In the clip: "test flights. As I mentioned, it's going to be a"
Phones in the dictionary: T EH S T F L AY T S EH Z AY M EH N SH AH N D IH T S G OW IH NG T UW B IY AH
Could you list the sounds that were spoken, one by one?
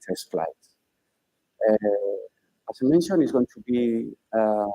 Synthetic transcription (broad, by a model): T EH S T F L AY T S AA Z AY M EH N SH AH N IH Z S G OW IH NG T UW B IY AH